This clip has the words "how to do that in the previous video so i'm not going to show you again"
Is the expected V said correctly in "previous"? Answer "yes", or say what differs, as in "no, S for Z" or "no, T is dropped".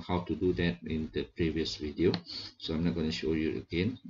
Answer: yes